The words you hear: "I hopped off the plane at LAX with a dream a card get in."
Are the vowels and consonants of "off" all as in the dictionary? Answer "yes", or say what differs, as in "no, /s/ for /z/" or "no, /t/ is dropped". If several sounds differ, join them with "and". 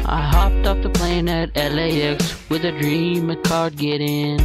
no, /p/ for /f/